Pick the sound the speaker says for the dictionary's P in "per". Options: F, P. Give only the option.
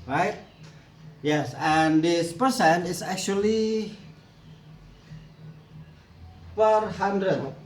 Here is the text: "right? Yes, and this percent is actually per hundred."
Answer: F